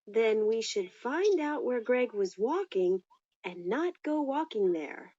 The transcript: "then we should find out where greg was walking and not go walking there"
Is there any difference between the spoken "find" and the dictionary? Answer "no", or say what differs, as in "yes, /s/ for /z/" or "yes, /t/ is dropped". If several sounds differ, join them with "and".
no